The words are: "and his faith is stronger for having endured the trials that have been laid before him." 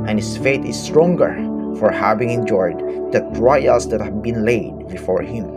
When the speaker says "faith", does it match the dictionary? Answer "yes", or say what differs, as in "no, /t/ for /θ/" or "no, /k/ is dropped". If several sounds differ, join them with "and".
no, /t/ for /θ/